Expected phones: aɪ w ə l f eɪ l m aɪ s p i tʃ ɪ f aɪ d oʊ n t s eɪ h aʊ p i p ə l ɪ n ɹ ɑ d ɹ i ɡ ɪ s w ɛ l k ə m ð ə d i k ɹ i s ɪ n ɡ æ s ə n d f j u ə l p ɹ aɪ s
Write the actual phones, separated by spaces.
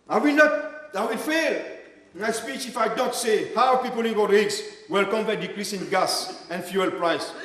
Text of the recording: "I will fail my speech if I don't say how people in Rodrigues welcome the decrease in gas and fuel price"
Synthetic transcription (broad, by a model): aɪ w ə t f eɪ l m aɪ s p i tʃ ɪ f aɪ d oʊ n t s eɪ h aʊ p i p ə l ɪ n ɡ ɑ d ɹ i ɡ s w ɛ l k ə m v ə d i k ɹ i s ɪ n ɡ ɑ s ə n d f j u ə l p ɹ aɪ s